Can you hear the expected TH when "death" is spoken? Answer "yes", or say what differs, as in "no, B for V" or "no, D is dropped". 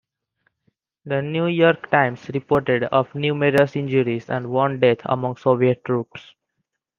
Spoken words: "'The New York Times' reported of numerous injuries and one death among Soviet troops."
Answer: no, T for TH